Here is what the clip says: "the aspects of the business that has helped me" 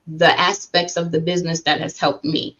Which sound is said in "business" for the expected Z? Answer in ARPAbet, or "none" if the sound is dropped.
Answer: Z